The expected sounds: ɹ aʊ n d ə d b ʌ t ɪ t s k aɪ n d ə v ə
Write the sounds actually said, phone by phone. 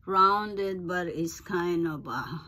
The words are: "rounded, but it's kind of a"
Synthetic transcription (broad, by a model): ɹ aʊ n d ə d b ʌ t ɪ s k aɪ n ə b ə